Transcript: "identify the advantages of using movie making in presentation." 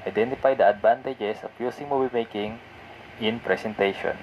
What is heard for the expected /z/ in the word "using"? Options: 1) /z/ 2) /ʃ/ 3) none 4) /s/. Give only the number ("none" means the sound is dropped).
4